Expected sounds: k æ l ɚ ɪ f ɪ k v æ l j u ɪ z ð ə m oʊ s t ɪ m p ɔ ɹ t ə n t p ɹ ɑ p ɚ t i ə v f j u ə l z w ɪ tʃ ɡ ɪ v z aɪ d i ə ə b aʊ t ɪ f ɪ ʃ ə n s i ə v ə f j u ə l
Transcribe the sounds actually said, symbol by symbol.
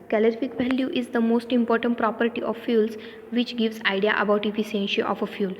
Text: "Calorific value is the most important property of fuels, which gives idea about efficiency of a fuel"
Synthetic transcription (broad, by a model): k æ l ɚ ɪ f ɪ k v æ l j u ɪ z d ə m oʊ s t ɪ m p ɔ ɹ t ə n t p ɹ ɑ p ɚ t i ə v f j u l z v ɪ tʃ ɡ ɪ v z aɪ d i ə ə b aʊ t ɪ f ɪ s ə n ʃ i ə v ə f j u l